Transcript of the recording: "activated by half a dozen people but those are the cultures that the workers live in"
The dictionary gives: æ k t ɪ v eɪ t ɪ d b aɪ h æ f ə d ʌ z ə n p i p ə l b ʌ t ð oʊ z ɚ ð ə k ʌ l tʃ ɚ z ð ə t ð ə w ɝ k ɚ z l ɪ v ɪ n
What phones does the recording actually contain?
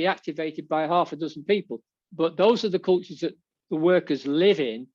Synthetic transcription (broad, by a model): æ k t ɪ v eɪ t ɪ d b aɪ h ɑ f ə d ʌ z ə n p i p ə l b ʌ t ð oʊ z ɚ ð ə k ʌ l tʃ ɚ z ð ə t ð ə w ɝ k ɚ z l ɪ v ɪ n